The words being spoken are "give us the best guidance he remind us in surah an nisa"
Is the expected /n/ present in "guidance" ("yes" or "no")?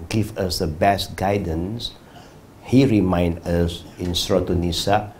yes